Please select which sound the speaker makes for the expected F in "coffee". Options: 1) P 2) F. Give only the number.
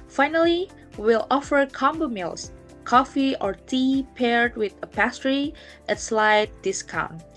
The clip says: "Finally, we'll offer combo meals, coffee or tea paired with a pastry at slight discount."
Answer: 2